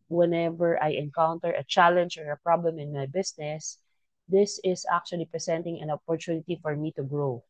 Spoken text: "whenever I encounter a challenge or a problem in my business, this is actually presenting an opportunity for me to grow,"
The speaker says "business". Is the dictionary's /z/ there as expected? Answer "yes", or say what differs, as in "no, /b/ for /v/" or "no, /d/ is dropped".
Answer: no, /s/ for /z/